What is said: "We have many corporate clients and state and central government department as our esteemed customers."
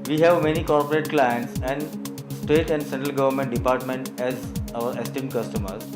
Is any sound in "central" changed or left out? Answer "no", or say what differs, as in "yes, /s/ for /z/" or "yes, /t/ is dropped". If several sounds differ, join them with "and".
no